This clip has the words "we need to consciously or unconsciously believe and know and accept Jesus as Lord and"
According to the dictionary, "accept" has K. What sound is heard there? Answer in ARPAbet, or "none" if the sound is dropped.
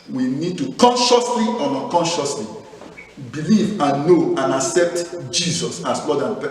K